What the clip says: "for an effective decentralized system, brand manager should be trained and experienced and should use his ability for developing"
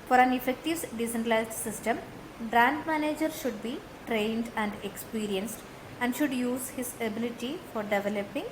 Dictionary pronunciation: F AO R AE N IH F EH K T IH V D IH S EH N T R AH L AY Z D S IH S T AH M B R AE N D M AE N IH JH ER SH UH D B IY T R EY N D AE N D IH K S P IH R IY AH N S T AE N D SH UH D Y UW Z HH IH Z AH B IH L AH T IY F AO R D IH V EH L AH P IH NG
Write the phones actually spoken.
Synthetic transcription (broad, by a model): F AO R AE N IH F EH K T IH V D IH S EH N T AH L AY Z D S IH S T AH M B R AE N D M AE N IH JH ER SH UH D B IY T R EY N D AE N D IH K S P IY R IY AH N S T AE N D SH UH D Y UW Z HH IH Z AH B IH L AH T IY F AO R D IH V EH L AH P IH NG